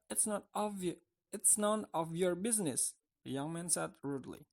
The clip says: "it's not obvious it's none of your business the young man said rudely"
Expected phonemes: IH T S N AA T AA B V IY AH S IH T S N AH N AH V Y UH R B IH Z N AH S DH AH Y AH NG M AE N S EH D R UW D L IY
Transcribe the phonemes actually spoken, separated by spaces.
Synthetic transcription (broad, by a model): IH T S N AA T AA V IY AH IH T S N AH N AH V Y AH R B IH Z N AH S DH AH Y AH NG M AE N S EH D R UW D L IY